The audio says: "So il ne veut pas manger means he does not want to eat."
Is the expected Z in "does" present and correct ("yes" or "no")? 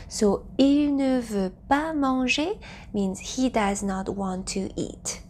yes